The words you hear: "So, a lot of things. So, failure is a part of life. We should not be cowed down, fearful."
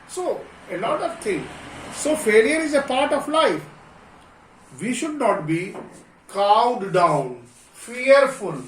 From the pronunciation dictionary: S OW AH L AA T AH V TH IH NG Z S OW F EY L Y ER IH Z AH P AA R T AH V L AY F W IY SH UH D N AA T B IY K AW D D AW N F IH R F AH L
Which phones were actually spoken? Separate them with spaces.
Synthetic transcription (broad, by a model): S OW AH L AA T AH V T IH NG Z S OW F EY L Y ER IH Z AH P AA R T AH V L AY F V IY SH UH D N AA T B IY K AW D D AW N F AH R F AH L